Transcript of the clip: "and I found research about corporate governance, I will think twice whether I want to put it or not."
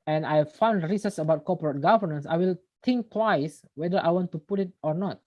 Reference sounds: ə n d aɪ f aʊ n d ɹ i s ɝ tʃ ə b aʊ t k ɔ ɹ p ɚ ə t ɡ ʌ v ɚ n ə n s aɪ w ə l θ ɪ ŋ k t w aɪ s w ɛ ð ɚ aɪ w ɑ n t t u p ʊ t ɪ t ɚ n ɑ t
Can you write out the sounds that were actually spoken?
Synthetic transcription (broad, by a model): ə n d aɪ f aʊ n d ɹ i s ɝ s ə b aʊ t k ɔ p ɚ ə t ɡ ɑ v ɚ n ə n s aɪ w ə l t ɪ ŋ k t w aɪ s w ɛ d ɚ aɪ w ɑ n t t u p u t ɪ t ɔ n ɑ t